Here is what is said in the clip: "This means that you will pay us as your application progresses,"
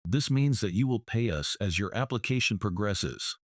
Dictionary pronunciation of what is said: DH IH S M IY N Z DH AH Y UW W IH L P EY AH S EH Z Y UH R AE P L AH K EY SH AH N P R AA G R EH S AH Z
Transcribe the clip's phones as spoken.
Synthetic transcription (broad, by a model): DH IH S M IY N Z DH AH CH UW W IH L P EY AH S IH Z Y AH R AE P L AH K EY SH AH N P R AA G R EH S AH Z